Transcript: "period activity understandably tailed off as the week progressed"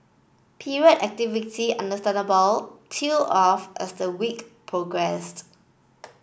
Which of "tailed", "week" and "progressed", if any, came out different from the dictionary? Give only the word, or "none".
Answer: tailed